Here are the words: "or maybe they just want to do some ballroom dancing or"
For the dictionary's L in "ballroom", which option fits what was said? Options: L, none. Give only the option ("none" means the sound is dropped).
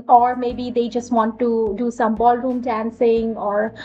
L